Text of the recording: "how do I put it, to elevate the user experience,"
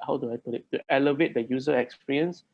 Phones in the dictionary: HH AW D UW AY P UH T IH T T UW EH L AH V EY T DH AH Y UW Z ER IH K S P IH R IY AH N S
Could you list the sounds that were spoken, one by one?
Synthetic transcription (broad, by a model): HH AW D UW AY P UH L IH T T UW EH L AH V EY T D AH Y UW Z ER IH K S P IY R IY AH N S